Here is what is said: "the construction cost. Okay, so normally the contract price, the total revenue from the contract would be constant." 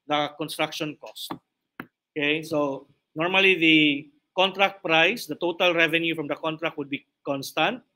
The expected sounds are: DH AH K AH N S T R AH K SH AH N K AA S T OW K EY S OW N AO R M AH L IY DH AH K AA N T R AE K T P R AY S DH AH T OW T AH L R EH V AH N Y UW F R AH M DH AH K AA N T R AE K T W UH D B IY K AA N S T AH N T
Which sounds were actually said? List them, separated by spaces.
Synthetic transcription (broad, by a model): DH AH K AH N S T R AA K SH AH N K AA S T OW K EY S OW N AO R M AH L IY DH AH K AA N T R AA K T P R AY S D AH T OW T AH L R EH V AH N Y UW F R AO M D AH K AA N T R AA K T W UH D B IY K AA N S T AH N T